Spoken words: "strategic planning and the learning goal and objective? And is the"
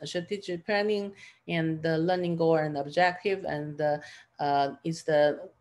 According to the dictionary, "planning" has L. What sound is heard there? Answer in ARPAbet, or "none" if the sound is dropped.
none